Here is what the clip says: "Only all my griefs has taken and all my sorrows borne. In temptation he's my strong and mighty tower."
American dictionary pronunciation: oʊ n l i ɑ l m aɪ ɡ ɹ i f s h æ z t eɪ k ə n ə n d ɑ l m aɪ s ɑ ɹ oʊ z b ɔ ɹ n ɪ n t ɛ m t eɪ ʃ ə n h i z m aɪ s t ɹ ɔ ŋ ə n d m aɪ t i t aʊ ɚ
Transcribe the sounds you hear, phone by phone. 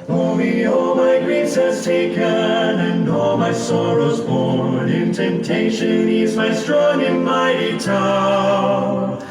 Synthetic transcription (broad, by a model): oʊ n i ɑ l m aɪ ɡ ɹ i s h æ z t eɪ k ə n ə n ɑ l m aɪ s ɑ ɹ oʊ z b ɔ ɹ n ɪ n t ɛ m t eɪ ʃ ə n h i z m aɪ s t ɹ ɔ ŋ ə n m aɪ t i t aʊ